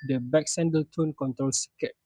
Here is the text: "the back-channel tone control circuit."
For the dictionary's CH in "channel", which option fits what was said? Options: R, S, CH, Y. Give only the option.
S